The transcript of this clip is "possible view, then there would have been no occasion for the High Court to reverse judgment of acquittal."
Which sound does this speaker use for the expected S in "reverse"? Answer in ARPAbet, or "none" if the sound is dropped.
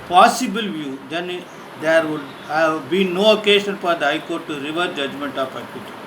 none